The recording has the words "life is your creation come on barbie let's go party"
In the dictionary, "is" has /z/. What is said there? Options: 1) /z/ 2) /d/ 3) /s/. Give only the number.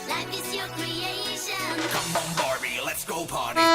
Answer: 3